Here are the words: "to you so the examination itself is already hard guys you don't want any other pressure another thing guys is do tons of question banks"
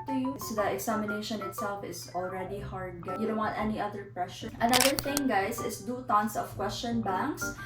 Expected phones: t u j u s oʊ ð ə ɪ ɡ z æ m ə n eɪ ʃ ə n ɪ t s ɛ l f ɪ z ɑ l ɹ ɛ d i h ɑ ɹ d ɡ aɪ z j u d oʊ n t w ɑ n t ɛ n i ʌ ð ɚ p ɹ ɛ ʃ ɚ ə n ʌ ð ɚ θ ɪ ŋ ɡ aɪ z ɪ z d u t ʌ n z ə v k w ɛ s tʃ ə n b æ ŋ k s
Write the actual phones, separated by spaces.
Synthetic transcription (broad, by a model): t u j u s oʊ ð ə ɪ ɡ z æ m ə n eɪ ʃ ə n ɪ t s ɛ l f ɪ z ɑ l ɹ ɛ d i h ɑ ɹ d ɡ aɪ j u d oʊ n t w ɑ n t ɛ n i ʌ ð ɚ p ɹ ɛ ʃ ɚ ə n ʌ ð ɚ θ ɪ ŋ ɡ aɪ s ɪ s d u t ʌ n s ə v k w ɛ s tʃ ə n b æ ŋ k s